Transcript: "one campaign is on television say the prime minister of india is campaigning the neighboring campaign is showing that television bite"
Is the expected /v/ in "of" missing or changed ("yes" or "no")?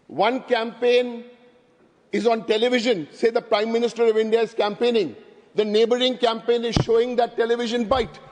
no